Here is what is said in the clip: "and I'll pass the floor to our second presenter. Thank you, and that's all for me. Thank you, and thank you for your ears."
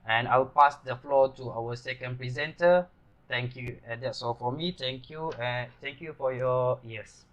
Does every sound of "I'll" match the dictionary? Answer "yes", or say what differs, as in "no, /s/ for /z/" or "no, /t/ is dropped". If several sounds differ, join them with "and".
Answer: no, /w/ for /l/